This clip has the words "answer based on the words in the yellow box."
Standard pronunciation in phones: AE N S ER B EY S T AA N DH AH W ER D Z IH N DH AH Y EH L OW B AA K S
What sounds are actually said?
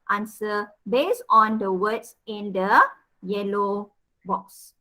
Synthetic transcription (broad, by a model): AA N S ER B EY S AA N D AH W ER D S IH N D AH Y EH L OW B AA K S